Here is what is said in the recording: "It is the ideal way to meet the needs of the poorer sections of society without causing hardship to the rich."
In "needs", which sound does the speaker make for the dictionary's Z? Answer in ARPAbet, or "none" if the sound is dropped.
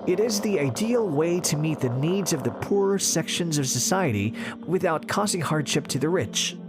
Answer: Z